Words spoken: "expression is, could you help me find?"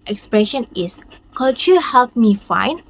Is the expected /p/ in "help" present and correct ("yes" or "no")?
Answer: yes